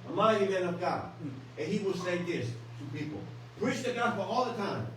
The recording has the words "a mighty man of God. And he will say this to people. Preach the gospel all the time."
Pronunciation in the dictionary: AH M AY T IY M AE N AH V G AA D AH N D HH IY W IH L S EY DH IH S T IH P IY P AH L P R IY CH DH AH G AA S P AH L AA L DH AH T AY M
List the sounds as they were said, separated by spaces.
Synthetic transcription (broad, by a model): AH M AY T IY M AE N AH V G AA AH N HH IY W IH L S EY DH IH S T IH P IY P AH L P R IY CH DH AH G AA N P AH AA L DH AH T AY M